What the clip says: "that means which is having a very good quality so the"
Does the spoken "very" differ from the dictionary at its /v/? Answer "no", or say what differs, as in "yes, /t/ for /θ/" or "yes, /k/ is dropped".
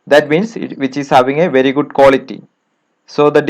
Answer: no